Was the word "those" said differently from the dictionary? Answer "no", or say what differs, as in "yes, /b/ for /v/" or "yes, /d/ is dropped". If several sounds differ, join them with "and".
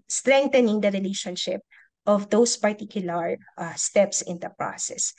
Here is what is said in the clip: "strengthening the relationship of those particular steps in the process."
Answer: yes, /s/ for /z/